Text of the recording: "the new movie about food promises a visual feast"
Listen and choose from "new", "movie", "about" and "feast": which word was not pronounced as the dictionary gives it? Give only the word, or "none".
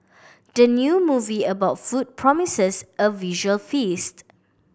none